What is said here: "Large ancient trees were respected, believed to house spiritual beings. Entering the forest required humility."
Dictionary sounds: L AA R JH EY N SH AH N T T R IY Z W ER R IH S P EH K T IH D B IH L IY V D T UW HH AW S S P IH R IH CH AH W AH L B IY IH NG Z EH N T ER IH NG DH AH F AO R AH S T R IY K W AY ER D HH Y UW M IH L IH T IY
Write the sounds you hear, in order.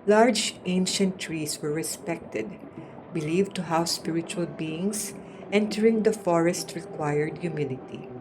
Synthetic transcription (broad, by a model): L AA R JH EY N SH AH N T T R IY S W ER R IH S P EH K T IH D B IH L IY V T UW HH AW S S P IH R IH CH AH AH L B IY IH NG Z EH N T ER IH NG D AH F AO R AH S T R IY K W AY ER D Y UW M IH L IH T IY